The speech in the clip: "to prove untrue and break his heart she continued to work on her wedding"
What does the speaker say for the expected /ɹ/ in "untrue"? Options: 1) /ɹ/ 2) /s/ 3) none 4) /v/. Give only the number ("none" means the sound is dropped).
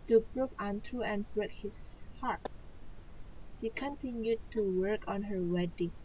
3